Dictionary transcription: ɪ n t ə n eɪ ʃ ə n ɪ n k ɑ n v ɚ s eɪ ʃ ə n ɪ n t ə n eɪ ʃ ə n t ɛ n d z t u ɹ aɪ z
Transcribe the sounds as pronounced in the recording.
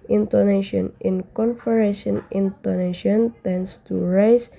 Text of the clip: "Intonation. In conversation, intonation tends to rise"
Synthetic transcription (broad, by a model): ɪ n t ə n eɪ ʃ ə n ɪ n k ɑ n f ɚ eɪ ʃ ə n ɪ n t ə n eɪ ʃ ə n t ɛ n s t u ɹ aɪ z